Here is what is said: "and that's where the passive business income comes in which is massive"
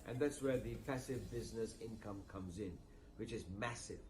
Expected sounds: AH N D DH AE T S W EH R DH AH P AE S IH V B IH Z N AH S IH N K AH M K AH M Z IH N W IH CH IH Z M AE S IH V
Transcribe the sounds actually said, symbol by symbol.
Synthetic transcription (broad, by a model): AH N DH AE T S W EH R DH AH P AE S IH V B IH Z N AH S IH N K AH M K AH M Z IH N W IH CH IH Z M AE S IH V